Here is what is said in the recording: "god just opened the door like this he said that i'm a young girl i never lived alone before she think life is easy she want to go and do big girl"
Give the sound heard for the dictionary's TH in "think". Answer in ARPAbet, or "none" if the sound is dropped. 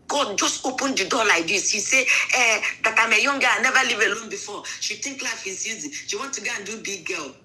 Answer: T